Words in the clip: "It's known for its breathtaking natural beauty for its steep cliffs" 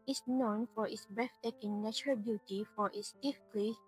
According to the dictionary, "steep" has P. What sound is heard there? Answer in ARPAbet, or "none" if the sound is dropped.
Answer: F